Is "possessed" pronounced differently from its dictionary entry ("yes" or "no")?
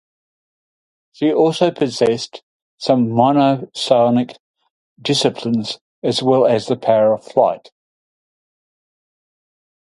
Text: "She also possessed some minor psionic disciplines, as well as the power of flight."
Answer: no